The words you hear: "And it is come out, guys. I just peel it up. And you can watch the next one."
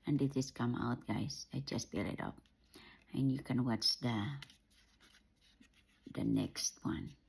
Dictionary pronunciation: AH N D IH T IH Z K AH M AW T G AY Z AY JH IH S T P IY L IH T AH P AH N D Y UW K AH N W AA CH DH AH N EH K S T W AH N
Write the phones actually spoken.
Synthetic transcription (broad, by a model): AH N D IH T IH S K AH M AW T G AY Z AY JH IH S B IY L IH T AH P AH N Y UW K AH N W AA CH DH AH N EH K S T W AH N